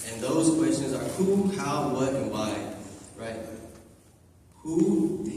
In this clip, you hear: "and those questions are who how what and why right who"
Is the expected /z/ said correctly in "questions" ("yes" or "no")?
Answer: yes